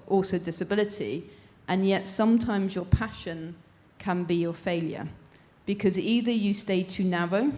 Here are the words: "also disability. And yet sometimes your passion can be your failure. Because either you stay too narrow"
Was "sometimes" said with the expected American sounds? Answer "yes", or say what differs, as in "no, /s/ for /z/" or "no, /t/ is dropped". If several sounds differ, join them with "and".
yes